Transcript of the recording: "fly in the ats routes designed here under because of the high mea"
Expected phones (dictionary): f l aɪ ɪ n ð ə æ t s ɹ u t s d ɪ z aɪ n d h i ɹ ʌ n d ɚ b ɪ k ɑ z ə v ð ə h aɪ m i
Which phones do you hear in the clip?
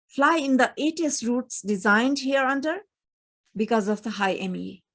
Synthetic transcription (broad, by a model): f l aɪ ɪ n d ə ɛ t s ɹ u t s d ɪ z aɪ n d h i ɹ ʌ n d ɚ b ɪ k ɑ z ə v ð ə h aɪ m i